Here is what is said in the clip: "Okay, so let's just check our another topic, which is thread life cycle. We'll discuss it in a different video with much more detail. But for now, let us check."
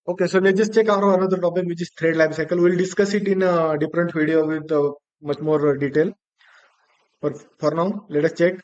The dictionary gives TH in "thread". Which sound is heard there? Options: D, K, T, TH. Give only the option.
T